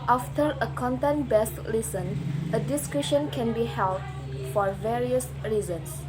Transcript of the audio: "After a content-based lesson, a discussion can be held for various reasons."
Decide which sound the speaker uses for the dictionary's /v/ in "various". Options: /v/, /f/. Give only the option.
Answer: /v/